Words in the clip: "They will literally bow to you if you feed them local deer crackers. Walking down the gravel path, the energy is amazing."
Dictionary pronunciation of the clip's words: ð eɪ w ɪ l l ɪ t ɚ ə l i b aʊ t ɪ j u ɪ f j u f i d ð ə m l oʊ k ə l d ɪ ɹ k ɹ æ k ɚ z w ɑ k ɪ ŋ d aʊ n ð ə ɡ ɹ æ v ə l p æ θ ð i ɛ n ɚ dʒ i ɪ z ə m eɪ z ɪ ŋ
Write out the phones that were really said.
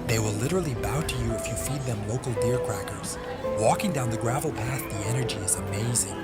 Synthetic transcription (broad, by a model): ð eɪ w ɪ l l ɪ t ɚ l i b aʊ t ɪ j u ɪ f j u f i d ð ə m l oʊ k l d ɪ ɹ k ɹ æ k ɚ z w ɑ k ɪ ŋ d aʊ n ð ə ɡ ɹ æ v l p æ θ ð i ɛ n ɚ dʒ i ɪ z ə m eɪ z ɪ ŋ